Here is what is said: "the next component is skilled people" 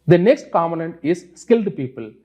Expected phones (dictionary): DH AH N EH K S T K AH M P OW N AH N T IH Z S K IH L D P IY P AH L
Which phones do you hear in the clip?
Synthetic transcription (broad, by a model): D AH N EH K S T K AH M OW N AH N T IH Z S K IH L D P IY P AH L